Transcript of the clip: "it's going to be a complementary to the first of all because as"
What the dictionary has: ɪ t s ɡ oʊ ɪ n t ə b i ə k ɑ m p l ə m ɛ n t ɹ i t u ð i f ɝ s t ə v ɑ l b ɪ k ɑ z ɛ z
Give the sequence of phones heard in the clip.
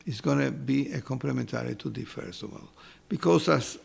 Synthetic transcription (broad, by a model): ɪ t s ɡ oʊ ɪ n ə b i ə k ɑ m p l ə m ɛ n t ɹ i t u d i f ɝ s ə w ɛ l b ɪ k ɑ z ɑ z